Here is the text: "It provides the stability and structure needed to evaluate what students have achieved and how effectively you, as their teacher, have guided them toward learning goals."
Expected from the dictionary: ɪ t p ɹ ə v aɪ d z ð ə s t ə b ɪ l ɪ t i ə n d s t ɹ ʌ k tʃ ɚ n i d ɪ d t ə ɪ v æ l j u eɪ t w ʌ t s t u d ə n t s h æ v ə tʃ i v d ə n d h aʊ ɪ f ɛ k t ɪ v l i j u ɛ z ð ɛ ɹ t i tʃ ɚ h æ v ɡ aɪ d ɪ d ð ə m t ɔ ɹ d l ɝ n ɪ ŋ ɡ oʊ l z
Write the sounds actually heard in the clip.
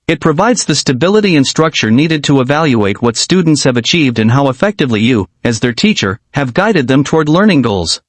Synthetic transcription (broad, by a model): ɪ t p ɹ ə v aɪ d z ð ə s t ə b ɪ l ɪ t i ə n s t ɹ ʌ k tʃ ɚ n i d ɪ d t ə ɪ v æ l j u eɪ t w ʌ t s t u d n t s h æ v ə tʃ i v d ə n h aʊ ɪ f ɛ k t ɪ v l i j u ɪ z ð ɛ ɹ t i tʃ ɚ h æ v ɡ aɪ d ɪ d ð ə m t ɔ ɹ d l ɝ n ɪ ŋ ɡ oʊ l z